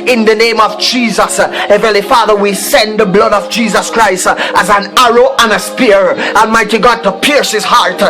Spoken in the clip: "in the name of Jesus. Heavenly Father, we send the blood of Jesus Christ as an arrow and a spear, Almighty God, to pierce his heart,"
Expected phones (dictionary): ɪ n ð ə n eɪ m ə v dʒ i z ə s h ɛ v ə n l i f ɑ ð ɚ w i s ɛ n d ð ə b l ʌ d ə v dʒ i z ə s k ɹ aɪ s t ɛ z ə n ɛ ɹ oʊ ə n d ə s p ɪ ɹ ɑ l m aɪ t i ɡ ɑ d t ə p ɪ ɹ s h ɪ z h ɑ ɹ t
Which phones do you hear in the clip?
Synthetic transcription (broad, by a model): ɪ n ð ə n eɪ m ə v dʒ i z ə s h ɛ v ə l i f ɑ ð ɚ w i s ɛ n ð ə b l ʌ d ə v dʒ i z ə s k ɹ aɪ s t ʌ z ə n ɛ ɹ oʊ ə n ə s p ɪ ɹ ɑ l m aɪ t i ɡ ɑ d t ə p ɪ ɹ s h ɪ z h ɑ ɹ t